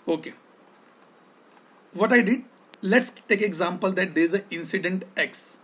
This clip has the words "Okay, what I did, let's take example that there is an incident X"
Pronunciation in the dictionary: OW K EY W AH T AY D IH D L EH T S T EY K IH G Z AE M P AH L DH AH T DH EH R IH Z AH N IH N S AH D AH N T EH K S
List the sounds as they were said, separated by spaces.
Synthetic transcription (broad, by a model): OW K EY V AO T AY D IH D L EH T S T EY K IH G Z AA M P AH L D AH T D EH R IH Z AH IH N S AH D AH N T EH K S